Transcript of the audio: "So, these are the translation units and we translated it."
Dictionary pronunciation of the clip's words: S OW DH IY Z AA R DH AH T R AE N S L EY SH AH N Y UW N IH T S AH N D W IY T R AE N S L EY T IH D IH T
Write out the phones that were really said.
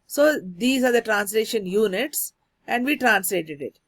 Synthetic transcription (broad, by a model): S OW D IY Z AA R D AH T R AE N S L EY SH AH N Y UW N IH T S AH N D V IY T R AE N S L EY T IH D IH T